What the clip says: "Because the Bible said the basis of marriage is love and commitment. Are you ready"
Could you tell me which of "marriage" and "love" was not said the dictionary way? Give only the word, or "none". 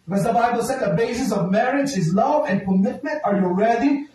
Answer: none